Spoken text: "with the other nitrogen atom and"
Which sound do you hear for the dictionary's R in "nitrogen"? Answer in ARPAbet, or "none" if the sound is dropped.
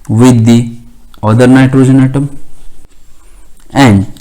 R